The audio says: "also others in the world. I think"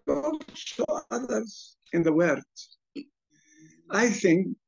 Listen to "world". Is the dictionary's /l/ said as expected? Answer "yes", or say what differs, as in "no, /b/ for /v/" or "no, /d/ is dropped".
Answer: no, /l/ is dropped